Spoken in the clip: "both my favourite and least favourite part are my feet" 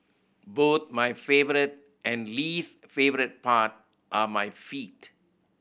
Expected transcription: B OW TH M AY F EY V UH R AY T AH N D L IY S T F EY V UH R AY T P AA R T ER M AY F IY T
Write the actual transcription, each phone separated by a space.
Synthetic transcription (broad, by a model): B OW T M AY F EY V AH R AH T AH N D L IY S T F EY V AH R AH T P AA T T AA M AY F IY T